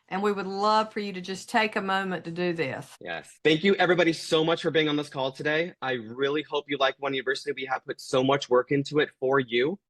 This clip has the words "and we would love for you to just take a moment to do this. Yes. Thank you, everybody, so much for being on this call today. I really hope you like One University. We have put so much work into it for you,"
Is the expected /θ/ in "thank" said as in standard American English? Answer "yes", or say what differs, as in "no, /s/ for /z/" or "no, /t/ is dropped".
yes